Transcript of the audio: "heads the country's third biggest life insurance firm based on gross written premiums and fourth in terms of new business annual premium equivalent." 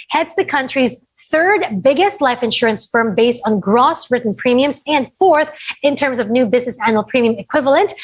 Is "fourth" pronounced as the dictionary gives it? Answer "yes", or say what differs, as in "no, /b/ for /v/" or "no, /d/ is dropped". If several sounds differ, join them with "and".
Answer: yes